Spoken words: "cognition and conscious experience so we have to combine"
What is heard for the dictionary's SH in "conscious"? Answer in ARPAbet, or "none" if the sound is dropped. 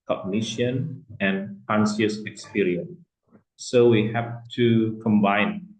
S